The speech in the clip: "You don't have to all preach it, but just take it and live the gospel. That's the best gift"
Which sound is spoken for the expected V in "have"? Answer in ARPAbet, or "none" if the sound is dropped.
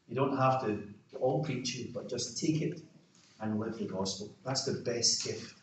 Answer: F